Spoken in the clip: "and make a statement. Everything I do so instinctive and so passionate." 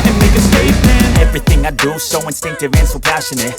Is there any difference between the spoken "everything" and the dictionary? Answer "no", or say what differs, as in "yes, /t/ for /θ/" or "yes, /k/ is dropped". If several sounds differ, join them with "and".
no